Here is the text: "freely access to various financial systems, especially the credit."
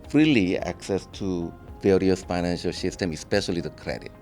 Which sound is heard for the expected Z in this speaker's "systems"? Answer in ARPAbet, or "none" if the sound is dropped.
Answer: none